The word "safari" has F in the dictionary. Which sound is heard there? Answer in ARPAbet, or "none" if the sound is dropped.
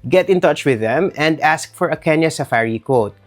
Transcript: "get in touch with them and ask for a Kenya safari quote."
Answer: F